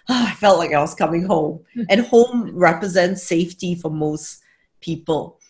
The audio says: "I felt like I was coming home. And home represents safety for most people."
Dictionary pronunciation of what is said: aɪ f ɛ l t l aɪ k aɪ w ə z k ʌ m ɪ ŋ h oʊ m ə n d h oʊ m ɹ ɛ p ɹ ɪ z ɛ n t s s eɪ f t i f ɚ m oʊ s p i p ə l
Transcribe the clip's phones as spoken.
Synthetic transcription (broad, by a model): aɪ f ɛ l t l aɪ k aɪ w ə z k ʌ m ɪ ŋ h oʊ m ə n h oʊ m ɹ ɛ p ɹ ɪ z ɛ n t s s eɪ f t i f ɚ m oʊ s p i p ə l